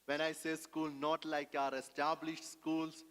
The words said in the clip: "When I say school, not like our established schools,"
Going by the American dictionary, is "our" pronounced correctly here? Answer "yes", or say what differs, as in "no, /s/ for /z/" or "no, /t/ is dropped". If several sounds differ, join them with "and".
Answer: yes